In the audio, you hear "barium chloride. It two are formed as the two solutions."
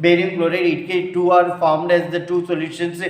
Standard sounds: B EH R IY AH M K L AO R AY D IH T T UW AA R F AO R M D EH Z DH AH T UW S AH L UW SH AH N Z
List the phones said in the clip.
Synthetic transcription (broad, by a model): B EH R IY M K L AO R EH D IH T T UW AA R F AO R M D EH Z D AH T UW S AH L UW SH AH N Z